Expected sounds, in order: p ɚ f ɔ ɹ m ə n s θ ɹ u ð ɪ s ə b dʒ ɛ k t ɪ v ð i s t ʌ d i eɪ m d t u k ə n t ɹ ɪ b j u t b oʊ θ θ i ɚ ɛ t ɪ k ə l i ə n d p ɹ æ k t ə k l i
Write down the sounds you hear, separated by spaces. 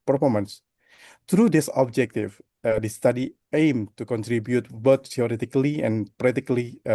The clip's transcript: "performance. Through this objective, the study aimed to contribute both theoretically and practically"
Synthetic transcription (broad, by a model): p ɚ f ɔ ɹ m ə n s t ɹ u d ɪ s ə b dʒ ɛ k t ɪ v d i s t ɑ d i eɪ m t u k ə n t ɹ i b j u t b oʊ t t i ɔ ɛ t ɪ k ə l i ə n p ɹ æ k t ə k l i